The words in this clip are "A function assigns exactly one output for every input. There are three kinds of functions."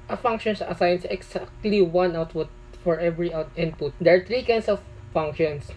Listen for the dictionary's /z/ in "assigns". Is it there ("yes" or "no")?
no